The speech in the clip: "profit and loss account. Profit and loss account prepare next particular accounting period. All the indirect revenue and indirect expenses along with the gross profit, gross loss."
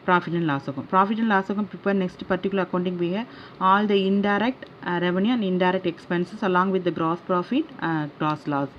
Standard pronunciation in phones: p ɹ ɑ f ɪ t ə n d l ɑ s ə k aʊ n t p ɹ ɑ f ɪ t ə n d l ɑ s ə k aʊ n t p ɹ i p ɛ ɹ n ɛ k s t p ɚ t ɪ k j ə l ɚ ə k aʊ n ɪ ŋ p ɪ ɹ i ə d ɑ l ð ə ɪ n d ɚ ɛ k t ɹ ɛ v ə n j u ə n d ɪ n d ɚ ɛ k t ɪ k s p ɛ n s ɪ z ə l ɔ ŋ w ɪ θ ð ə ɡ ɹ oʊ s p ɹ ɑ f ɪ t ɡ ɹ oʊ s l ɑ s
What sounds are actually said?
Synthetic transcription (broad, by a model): p ɹ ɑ f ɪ t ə n l ɑ s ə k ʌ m p ɹ ɑ f ɪ t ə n l ɑ s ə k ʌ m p i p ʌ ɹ n ɛ k s t p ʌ t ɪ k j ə l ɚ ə k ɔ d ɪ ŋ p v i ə ɑ l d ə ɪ n d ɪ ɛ k t ɹ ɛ v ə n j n ə n d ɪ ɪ d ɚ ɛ k t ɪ k s p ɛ n s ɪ s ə l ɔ ŋ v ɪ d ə ɡ ɹ oʊ s p ɹ ɑ f ɪ t ɡ ɹ oʊ s l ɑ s